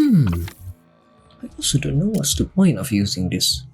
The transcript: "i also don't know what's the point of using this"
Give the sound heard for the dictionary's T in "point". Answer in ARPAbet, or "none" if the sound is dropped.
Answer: none